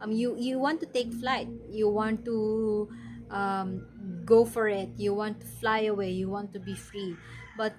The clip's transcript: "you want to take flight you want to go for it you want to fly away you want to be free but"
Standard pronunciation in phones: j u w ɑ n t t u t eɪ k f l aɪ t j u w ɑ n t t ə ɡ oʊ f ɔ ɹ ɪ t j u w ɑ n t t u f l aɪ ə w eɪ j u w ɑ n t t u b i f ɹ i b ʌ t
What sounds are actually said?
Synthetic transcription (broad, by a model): j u w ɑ n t t u t eɪ k f l aɪ t j u w ɑ n t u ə ɡ oʊ f ɔ ɹ ɪ t j u w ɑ n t t u f l aɪ ə w eɪ j u w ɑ n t t u b i f ɹ i b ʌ t